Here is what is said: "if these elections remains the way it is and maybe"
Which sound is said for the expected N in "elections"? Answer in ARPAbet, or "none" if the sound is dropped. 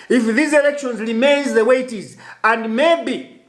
N